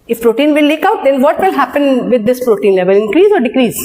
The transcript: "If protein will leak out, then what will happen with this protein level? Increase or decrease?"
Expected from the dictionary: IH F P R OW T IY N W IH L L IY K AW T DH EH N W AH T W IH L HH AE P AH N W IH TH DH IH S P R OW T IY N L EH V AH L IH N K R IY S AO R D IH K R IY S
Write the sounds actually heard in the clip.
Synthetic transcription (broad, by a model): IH F P R OW T IY N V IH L L IY K AW T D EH N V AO T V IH L HH AE P AH N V IH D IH S P R OW T IY N L EH V AH L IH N K R IY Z AO R D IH K R IY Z